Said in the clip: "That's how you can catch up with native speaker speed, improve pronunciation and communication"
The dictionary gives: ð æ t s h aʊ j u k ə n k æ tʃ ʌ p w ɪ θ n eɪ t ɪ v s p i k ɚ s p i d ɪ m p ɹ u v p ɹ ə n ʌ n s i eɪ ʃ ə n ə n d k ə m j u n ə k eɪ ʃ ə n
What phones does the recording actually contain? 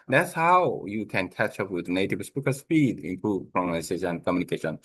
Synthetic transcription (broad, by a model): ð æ t s h aʊ j u k ə n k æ tʃ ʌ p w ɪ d n eɪ t ɪ v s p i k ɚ s p i d ɪ m p ɹ u v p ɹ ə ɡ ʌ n i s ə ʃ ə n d k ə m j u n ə k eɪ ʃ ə n